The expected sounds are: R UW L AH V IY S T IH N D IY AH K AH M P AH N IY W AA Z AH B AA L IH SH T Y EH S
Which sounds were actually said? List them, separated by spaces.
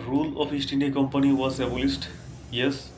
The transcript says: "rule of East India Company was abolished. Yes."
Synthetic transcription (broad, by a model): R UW L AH P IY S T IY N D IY K AH M P AH N IY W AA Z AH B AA L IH S T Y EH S